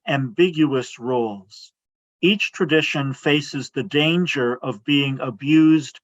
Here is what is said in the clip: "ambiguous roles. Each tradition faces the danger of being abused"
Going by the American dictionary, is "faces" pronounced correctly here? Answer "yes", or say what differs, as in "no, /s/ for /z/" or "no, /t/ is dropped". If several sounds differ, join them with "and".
yes